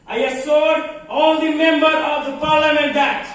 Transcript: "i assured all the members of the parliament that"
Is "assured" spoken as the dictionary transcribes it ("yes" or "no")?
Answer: no